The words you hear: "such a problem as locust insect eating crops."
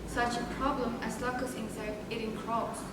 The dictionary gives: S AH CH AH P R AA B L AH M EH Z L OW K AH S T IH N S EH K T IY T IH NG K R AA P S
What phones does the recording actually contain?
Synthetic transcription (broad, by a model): S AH CH AH P R AA B L AH M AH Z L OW K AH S IH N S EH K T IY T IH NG K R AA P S